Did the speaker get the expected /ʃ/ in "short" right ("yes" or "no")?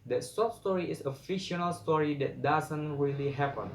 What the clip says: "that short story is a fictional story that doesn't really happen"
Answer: no